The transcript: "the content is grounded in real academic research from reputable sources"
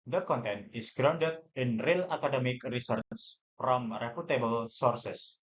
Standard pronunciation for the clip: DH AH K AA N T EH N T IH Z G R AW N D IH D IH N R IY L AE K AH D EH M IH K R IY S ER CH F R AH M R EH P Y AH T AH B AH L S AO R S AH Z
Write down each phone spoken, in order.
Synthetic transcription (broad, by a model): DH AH K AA N T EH N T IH S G R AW N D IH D IH N R IY L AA K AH D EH M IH K R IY S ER S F R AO M R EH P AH T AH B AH L S AO R S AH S